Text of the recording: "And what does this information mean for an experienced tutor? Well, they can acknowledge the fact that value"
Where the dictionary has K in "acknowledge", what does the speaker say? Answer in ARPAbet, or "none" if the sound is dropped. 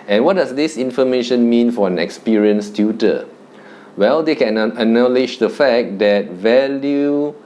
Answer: none